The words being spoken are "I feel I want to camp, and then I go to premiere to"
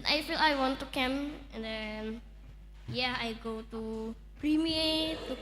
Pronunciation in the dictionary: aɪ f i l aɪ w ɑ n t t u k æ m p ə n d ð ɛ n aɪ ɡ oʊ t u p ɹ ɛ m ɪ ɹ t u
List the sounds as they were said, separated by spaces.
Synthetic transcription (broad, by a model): aɪ f i l aɪ w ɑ n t t u k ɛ m ə n d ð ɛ n aɪ ɡ oʊ t u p ɹ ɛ m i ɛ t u